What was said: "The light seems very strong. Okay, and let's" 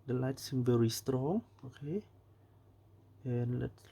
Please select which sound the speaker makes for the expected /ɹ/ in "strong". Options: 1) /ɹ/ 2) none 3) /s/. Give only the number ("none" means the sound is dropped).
1